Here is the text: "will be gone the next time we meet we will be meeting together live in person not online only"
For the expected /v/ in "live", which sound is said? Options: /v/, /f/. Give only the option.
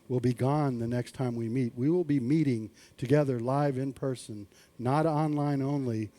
/v/